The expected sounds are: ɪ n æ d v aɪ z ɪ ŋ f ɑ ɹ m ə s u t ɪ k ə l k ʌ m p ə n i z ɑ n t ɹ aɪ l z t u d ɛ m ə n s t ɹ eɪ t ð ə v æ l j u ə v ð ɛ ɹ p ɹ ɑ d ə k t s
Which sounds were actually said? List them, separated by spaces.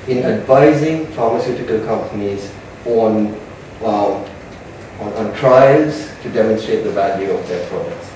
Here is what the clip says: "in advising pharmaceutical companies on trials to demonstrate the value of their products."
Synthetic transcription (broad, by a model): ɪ n æ d v aɪ z ɪ ŋ f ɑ ɹ m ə s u t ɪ k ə l k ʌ m p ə n i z ɑ n t ɹ aɪ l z t u d ɛ m ə n s t ɹ eɪ t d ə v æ l j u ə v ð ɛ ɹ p ɹ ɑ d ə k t s